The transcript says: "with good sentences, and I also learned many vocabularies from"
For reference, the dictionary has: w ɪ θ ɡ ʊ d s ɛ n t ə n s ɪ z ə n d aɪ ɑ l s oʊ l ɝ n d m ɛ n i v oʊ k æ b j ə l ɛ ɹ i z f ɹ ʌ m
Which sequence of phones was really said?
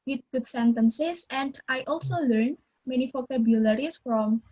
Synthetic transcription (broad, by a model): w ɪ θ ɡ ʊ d s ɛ n t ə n s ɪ s ə n d aɪ ɑ l s oʊ l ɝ n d m ɛ n i p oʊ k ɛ b j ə l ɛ ɹ i s f ɹ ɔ m